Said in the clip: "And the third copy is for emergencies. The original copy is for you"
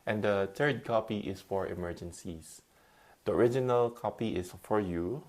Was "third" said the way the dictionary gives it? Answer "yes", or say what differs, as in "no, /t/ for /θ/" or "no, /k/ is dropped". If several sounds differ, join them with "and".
no, /t/ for /θ/